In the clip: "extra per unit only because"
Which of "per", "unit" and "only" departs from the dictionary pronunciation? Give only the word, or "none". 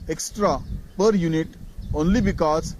none